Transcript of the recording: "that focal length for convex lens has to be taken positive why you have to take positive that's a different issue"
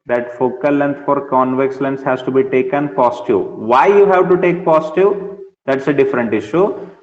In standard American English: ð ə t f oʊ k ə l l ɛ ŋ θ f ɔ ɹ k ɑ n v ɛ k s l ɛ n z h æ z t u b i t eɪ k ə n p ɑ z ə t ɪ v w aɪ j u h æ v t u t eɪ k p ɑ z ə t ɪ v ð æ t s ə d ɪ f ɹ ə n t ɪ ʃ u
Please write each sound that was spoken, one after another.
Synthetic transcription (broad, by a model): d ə t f oʊ k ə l l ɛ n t f ɔ ɹ k ɑ n v ɛ k s l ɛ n s h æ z t u b i t eɪ k ə n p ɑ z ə t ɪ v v aɪ j u h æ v t u t eɪ k p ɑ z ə t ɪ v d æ t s ə d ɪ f ɹ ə n t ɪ ʃ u